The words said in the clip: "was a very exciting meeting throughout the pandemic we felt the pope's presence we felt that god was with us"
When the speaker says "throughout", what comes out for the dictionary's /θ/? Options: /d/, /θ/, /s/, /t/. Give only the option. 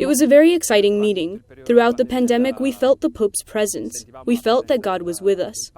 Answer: /θ/